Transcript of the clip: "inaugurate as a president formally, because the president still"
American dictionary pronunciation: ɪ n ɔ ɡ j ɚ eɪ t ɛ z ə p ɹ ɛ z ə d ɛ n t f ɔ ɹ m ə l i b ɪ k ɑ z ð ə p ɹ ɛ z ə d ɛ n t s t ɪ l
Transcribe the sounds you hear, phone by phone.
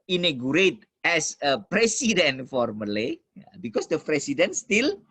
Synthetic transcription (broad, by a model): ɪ n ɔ ɡ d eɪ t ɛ s ə p ɹ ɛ s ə d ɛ n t f ɔ ɹ m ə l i b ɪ k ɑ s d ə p ɹ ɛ s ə d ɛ n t s t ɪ l